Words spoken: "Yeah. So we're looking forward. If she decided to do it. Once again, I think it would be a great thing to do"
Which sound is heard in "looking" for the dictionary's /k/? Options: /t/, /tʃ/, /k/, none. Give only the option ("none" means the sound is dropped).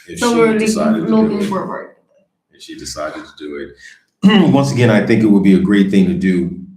none